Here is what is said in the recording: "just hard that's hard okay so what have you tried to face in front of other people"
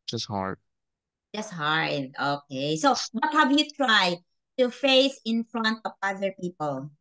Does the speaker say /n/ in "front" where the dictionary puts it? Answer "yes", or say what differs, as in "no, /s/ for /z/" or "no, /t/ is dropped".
yes